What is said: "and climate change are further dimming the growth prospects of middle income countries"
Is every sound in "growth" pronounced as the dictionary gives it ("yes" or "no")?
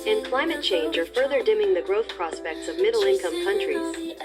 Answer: yes